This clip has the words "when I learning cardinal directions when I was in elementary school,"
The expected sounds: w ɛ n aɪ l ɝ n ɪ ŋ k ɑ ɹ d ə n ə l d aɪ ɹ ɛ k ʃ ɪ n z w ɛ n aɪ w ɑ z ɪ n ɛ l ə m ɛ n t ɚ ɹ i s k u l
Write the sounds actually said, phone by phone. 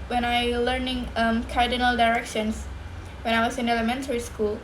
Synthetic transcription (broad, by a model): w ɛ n aɪ l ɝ n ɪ ŋ k ɑ ɹ d ə n ə l d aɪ ɹ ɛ k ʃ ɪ n s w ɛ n aɪ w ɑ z ɪ n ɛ l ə m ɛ n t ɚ ɹ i s k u l